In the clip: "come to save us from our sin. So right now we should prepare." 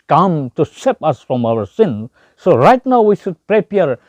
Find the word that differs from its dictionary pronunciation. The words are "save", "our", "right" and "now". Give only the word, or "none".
save